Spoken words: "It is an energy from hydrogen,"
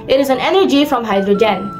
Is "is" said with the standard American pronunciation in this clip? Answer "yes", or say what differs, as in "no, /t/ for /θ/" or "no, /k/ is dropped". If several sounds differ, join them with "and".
yes